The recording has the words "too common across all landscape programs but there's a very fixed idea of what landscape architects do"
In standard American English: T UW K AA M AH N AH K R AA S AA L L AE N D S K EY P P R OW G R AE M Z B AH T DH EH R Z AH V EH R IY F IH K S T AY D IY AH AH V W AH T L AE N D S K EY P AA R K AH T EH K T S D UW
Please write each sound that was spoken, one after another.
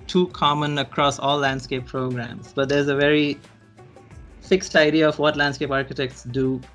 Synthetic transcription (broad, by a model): T UW K AA M AH N AH K R AA S AA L L AE N D S K EY P P R OW G R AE M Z B AH T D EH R Z AH V EH R IY F IH K S T AY D IY AH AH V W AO T L AE N D S K EY P AA R K AH T EH K T S D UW